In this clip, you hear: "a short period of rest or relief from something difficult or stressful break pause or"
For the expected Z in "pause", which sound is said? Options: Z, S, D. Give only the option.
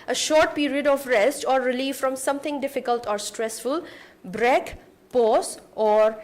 S